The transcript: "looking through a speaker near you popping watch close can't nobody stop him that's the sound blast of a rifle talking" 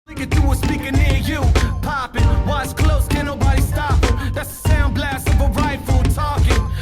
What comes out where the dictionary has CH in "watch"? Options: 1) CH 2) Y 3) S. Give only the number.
3